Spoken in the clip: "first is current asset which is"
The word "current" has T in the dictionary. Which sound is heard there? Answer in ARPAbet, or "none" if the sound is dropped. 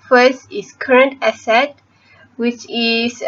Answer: T